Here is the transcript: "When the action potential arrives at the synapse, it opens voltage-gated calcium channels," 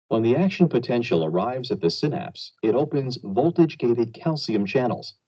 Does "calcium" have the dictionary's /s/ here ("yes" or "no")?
yes